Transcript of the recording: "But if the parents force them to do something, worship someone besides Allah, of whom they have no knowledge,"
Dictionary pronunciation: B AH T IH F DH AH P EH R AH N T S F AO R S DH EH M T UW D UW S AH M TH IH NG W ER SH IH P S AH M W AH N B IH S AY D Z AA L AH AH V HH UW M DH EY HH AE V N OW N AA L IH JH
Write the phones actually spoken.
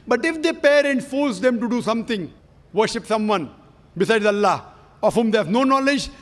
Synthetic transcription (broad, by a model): B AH T IH F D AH P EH R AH N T F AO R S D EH M T UW D UW S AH M T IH NG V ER SH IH P S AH M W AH N B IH S AY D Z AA L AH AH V HH UW M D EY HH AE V N OW N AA L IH JH